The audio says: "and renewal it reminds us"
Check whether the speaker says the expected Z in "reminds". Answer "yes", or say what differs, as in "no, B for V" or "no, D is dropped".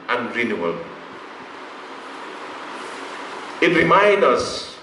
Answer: no, Z is dropped